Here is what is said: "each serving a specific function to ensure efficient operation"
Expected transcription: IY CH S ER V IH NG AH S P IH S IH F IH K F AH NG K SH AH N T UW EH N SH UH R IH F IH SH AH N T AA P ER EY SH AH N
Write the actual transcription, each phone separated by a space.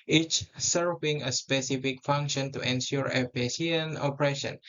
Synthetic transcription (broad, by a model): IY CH S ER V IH NG AH S P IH S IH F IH K F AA NG K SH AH N T UW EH N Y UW R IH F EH S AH N AA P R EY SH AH N